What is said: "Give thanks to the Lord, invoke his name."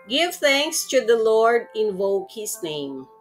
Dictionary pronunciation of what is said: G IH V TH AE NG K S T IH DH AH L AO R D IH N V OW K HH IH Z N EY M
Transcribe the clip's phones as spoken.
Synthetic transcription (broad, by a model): G IH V TH AE NG K S T IH DH AH L AO R D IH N V OW K HH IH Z N EY M